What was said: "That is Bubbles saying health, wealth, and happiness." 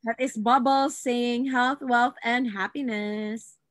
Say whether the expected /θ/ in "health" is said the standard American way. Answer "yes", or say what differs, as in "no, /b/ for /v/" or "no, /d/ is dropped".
yes